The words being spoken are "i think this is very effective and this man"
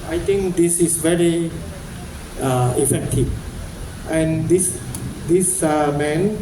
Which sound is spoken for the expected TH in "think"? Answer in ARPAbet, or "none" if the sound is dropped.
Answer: T